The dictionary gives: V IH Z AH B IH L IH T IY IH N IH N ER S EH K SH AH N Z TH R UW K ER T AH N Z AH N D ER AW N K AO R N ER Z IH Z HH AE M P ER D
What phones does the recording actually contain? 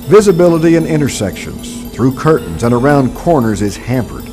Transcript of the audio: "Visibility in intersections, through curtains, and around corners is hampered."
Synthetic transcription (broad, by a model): V IH Z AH B IH L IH T IY IH N IH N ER S EH K SH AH N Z TH R UW K ER T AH N Z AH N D ER AW N K AO R N ER Z IH Z HH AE M P ER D